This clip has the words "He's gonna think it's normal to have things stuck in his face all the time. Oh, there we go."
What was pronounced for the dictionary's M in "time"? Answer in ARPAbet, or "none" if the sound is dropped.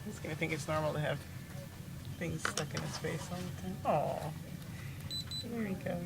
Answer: none